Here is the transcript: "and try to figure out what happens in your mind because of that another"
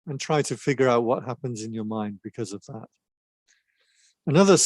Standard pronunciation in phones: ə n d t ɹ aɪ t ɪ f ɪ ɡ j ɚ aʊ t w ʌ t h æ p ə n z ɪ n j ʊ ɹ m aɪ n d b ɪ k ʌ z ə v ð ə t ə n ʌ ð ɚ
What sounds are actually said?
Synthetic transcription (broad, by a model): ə n t ɹ aɪ t ɪ f ɪ ɡ j ɚ aʊ t w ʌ t h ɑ p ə n z ɪ n j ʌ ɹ m aɪ n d b ɪ k ʌ z ə v ð ə t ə n ʌ ð ɚ